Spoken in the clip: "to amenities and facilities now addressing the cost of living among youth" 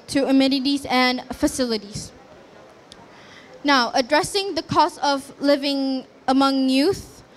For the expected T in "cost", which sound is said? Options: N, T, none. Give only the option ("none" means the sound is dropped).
none